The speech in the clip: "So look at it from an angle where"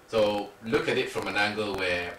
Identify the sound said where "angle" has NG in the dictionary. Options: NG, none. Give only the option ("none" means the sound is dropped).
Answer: NG